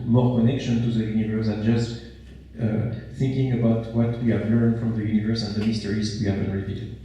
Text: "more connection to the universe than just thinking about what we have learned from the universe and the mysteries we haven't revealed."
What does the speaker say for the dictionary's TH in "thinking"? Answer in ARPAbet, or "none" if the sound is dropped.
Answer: TH